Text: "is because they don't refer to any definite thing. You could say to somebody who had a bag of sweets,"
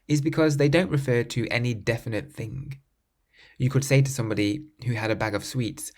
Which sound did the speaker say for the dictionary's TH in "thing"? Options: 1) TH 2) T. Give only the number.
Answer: 1